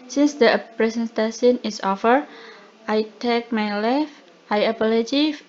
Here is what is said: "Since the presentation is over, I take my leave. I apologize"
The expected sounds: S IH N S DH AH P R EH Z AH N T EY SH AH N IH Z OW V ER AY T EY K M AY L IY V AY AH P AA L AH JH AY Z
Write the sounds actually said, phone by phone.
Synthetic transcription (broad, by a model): S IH N S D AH P R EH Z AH N T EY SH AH N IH S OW F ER AY T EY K M AY L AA F AY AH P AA L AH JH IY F